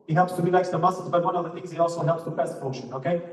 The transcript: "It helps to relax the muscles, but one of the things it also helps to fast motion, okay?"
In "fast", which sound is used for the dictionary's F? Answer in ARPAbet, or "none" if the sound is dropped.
P